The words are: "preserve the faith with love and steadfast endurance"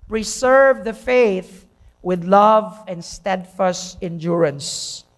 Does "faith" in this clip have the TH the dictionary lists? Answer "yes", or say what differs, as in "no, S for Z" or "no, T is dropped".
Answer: yes